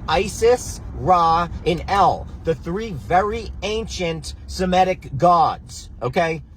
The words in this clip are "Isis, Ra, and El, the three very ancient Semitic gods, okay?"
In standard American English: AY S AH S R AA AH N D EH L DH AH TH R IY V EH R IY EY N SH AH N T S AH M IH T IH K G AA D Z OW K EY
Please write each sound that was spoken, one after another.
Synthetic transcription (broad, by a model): AY S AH S R AA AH N EH L DH AH TH R IY V EH R IY EY N SH AH N T S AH M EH T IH K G AA D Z OW K EY